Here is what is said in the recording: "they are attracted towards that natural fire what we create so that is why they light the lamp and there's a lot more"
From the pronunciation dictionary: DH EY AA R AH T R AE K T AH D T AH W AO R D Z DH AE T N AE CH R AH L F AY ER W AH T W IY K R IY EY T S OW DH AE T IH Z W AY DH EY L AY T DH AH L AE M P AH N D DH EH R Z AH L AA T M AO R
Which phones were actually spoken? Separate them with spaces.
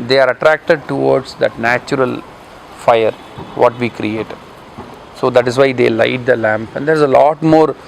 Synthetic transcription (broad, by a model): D EY AA R AH T R AE K T AH D T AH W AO R D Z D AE T N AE CH R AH L F AY ER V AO T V IY K R IY EY T S OW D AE T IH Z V AY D EY L AY T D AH L AE M P AH N D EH R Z AH L AA T M AO R